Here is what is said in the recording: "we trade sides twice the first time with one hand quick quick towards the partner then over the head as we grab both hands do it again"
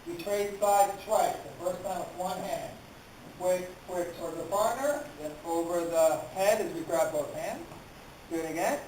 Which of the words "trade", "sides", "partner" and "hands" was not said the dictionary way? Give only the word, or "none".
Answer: sides